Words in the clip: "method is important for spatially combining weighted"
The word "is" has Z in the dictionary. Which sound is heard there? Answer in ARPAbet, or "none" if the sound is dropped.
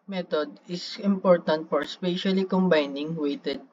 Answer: S